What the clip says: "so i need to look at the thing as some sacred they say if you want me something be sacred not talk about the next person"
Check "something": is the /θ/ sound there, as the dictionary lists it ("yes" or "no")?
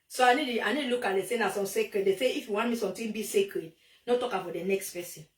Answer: no